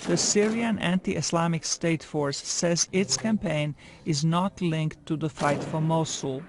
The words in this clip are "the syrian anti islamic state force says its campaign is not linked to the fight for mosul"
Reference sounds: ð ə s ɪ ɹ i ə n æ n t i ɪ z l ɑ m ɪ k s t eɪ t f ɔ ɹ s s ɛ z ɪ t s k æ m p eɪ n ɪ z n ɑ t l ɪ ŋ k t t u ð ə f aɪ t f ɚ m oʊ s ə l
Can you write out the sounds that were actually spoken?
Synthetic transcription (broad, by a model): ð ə s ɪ ɹ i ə n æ n t i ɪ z l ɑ m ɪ k s t eɪ t f ɔ ɹ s s ɛ z ɪ t s k æ m p eɪ n ɪ z n ɑ t l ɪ ŋ k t t u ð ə f aɪ t f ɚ m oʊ s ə l